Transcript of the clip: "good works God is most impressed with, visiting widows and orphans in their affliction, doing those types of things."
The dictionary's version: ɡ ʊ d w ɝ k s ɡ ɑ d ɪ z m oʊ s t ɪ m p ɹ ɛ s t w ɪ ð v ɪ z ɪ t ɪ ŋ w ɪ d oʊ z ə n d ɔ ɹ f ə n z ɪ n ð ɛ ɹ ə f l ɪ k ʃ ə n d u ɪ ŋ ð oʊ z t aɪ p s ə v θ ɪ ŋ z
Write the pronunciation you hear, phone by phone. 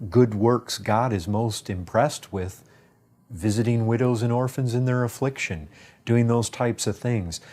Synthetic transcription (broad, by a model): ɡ ʊ d w ɝ k s ɡ ɑ d ɪ z m oʊ s t ɪ m p ɹ ɛ s t w ɪ ð v ɪ z ɪ t ɪ ŋ w ɪ d oʊ z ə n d ɔ ɹ f ə n z ɪ n ð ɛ ɹ ə f l ɪ k ʃ ə n d u ɪ ŋ ð oʊ z t aɪ p s ə v θ ɪ ŋ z